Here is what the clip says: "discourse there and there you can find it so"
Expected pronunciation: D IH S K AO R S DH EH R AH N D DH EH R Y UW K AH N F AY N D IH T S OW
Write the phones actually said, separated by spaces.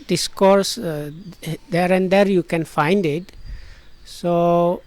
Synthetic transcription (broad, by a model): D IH S K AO R S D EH R AH N D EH R Y UW K AH N F AY N D IH T S OW